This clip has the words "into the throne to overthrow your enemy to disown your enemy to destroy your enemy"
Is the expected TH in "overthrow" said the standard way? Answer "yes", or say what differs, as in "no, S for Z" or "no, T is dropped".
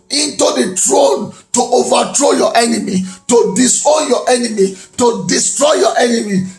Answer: no, T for TH